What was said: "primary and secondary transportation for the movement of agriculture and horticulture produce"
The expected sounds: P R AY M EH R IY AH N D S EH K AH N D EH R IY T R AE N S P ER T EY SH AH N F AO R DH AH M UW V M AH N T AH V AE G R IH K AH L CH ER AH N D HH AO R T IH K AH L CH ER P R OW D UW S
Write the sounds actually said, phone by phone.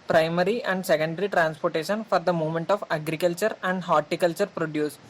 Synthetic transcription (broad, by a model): P R AY M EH R IY AH N D S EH K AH N D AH R IY T R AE N S P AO T EY SH AH N F AO R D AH M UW M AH N T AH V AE G R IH K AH L CH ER AH N D HH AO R T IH K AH L CH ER P R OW D UW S